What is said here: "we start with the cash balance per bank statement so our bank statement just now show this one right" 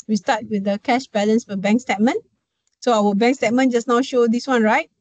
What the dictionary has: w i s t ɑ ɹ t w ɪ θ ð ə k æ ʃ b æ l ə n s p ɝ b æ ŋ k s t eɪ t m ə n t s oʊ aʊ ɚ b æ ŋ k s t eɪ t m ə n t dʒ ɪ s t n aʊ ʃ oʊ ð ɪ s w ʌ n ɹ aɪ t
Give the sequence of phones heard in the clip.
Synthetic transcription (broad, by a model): w i s t ɑ t w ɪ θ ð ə k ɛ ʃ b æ l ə n s f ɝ b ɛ ŋ k s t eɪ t m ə n s oʊ aʊ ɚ b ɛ ŋ k s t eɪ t m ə n dʒ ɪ s n aʊ ʃ oʊ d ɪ s w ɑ n ɹ aɪ t